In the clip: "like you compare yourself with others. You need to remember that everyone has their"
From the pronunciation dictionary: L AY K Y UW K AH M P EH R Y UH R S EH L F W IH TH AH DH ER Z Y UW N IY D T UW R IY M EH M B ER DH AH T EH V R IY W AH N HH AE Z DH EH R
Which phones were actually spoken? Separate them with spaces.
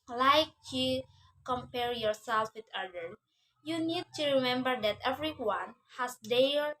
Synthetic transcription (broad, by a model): L AY K Y UW K AH M P EH R Y UH R S EH L F W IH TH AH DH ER Y UW N IY D T UW R IY M EH M B ER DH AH T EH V R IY W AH N HH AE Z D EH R